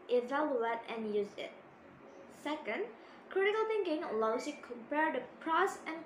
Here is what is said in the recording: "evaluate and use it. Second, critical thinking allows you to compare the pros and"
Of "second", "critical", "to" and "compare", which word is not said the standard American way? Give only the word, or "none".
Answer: to